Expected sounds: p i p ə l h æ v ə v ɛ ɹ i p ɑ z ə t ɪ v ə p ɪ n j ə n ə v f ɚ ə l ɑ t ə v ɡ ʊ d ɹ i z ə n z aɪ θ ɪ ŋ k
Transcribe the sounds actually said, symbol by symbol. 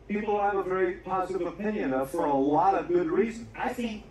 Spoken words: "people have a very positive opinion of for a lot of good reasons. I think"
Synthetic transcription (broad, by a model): p i p l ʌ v ə v ɛ ɹ i p ɑ z ə t ɪ v ə p ɪ n j ə n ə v f ɚ ə l ɑ t ə v ɡ ʊ d ɹ i z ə n aɪ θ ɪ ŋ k